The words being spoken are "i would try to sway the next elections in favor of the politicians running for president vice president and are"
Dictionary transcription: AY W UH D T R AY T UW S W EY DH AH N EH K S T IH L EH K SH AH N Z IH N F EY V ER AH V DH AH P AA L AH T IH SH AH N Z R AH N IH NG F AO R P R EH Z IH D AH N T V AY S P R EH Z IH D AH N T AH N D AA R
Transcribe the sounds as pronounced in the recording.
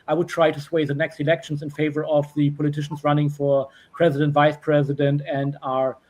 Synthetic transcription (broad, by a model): AY W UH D T R AY T UW S W EY DH AH N EH K S T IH L EH K SH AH N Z IH N F EY V ER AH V DH AH P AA L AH T IH SH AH N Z R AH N IH NG F AO R P R EH Z IH D AH N T V AY S P R EH Z IH D AH N T AH N D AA R